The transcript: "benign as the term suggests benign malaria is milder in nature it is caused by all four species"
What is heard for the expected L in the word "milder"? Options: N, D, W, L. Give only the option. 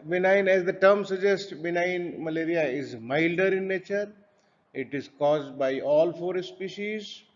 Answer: L